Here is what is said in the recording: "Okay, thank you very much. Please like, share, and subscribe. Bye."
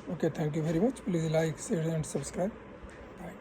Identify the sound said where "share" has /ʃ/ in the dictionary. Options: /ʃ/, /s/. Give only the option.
/s/